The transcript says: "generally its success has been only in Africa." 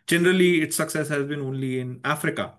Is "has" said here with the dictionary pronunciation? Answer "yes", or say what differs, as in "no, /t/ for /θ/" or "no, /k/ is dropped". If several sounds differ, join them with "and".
yes